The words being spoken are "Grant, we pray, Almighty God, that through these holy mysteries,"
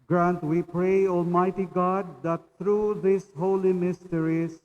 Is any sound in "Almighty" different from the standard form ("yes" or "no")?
no